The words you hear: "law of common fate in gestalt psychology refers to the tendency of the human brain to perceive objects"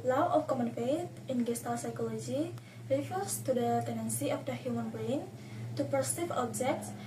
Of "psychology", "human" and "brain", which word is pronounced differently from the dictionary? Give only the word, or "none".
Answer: brain